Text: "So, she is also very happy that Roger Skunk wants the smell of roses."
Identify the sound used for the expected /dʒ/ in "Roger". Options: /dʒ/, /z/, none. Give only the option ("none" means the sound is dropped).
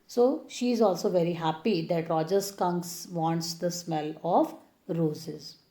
/dʒ/